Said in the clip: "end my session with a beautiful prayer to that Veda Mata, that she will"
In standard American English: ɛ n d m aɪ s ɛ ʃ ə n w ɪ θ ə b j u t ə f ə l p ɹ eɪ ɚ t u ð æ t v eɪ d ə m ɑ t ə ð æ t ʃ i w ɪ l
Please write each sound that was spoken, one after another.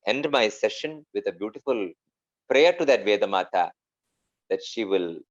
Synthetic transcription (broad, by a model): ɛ n d m aɪ s ɛ ʃ ə n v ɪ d ə b j u t ə f ə l p ɹ eɪ ɚ t u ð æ t v eɪ d ə m ɑ t ə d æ t ʃ i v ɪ l